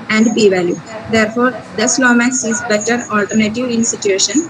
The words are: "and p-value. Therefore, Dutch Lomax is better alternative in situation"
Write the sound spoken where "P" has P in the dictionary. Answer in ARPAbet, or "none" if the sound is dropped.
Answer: B